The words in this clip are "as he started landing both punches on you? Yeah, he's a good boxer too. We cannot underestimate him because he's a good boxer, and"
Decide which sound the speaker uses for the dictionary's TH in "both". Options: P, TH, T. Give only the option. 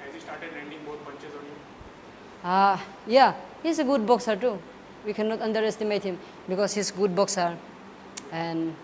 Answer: T